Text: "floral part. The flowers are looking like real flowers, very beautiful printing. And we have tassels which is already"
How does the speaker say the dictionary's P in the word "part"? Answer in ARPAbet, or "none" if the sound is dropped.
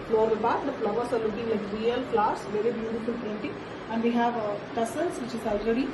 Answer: B